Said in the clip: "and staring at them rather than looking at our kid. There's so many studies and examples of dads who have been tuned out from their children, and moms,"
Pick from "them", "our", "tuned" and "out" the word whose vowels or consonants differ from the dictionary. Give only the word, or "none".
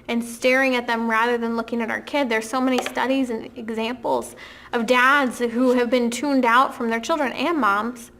none